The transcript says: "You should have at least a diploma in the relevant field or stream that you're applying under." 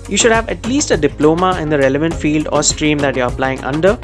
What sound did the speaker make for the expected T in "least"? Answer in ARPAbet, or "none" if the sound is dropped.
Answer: T